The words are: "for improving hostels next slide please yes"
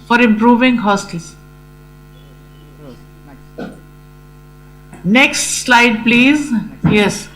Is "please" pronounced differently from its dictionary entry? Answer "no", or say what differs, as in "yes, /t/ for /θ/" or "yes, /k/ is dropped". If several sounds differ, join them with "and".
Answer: no